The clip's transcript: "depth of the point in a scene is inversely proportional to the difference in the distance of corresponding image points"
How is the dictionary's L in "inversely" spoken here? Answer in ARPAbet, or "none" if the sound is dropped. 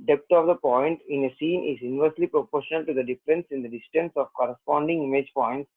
L